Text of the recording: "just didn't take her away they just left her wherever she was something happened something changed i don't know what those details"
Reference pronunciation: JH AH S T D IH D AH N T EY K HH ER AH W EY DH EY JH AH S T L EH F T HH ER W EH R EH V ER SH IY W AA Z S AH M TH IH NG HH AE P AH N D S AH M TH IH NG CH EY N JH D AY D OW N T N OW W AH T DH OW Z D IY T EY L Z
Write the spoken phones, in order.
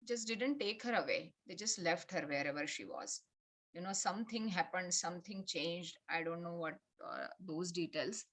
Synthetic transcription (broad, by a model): JH AH S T D IH D AH N T EY K HH ER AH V EY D EY JH AH S T L EH F T HH ER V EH R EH V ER SH IY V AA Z S AH M T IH NG HH AE P AH N D S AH M T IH NG CH EY N JH D AY D OW N T N OW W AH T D OW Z D IY T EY L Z